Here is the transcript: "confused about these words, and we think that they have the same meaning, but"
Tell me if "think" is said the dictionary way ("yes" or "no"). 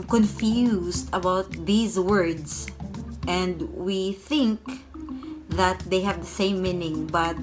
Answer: yes